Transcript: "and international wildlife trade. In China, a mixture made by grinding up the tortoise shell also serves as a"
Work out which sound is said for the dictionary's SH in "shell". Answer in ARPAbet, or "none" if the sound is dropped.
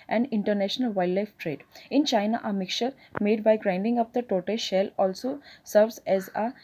SH